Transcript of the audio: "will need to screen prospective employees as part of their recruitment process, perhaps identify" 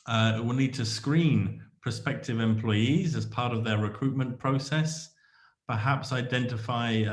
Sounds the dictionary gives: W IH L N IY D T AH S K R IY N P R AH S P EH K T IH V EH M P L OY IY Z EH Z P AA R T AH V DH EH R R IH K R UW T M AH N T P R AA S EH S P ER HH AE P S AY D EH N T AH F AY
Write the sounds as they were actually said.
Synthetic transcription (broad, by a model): W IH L N IY D T AH S K R IY N P AH S P EH K T IH V EH M P L OY IY Z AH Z P AA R T AH V DH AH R R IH K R UW T M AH N P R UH S EH S P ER HH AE P S AY D EH N T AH F AY